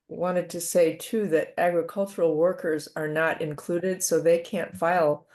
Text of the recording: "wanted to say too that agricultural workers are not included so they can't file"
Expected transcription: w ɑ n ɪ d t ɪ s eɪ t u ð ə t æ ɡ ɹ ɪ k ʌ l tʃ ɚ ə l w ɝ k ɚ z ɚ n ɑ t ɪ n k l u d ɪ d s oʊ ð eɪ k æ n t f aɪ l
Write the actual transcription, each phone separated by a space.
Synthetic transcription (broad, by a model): w ɑ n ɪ d t ɪ s eɪ t u ð ə t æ ɡ ɹ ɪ k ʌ l tʃ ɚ l w ɝ k ɚ z ɚ n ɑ t ɪ n k l u d ɪ d s oʊ ð eɪ k æ n t f aɪ l